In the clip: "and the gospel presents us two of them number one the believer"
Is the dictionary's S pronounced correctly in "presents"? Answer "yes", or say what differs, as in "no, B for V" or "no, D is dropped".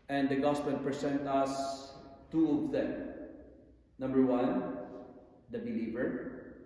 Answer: no, S is dropped